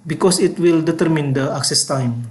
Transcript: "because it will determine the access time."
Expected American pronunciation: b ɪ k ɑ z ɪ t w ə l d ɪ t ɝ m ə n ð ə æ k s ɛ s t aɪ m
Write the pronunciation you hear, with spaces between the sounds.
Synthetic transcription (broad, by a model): b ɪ k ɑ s ɪ t w ə l d ɪ t ɝ m ə n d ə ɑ k s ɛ s t aɪ m